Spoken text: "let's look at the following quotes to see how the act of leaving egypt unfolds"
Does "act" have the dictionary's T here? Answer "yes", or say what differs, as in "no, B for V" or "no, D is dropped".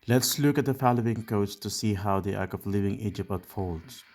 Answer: no, T is dropped